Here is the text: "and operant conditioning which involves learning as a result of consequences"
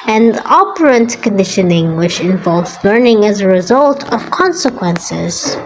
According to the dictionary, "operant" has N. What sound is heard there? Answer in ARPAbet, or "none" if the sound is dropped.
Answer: N